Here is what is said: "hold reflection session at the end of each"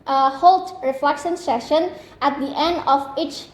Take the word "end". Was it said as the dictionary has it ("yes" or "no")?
yes